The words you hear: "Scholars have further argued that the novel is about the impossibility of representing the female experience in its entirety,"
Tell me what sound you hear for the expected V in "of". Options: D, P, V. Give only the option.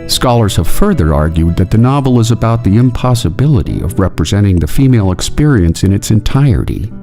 V